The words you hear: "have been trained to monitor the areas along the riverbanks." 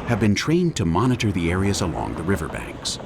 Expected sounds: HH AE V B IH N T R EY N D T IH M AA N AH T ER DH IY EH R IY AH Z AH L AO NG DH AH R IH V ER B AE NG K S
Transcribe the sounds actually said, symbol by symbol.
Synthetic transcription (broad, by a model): HH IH V B IH N T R EY N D T IH M AA N AH T ER DH IY EH R IY AH Z AH L AO NG DH AH R IH V ER B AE NG K S